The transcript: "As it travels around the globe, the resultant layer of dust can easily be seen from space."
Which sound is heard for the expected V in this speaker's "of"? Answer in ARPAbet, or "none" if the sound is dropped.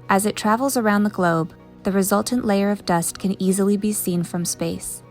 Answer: V